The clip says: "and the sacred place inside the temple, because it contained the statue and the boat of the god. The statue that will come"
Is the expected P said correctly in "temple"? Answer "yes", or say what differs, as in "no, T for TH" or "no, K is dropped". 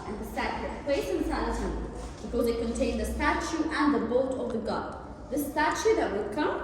no, B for P